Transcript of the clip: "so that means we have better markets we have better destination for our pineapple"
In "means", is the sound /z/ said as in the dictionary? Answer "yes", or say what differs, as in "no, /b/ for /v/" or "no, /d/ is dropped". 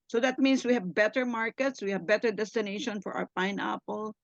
no, /s/ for /z/